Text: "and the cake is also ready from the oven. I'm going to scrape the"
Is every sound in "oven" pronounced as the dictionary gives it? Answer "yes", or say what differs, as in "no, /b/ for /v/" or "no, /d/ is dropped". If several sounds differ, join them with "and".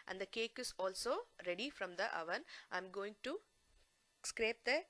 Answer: yes